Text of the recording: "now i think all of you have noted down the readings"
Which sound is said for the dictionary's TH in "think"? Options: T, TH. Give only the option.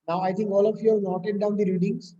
T